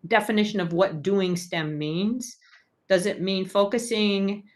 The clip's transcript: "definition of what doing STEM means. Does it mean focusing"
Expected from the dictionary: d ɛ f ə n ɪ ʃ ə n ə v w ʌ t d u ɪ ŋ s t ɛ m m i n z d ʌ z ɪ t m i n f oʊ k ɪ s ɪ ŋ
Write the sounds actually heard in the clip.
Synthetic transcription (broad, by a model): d ɛ f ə n ɪ ʃ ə n ə v w ʌ t d u ɪ ŋ s t ɛ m m i n z d ʌ z ɪ t m i n f oʊ k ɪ s ɪ ŋ